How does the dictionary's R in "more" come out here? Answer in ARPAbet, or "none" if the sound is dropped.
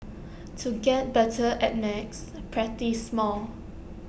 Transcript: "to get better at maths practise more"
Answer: L